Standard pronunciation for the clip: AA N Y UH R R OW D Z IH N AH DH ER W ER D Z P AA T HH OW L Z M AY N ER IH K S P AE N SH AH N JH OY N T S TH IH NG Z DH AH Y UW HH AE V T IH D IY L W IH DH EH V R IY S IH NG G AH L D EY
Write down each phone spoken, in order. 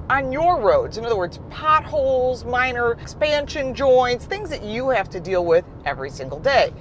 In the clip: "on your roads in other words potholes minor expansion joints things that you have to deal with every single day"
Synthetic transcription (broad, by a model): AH N Y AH R R OW D Z IH N AH DH ER W ER D Z P AA T HH OW L Z M AY N ER K S P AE N SH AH N JH OY N T S TH IH NG Z DH AH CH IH HH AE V T IH D IY L W IH DH EH V R IY S IH NG G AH L D EY